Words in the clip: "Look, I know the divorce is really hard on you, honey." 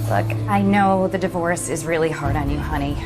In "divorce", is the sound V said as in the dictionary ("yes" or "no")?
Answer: yes